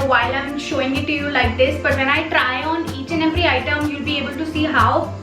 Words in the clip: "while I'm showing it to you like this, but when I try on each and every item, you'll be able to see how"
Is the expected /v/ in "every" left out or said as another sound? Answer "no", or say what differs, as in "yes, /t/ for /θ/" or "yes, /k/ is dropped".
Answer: yes, /p/ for /v/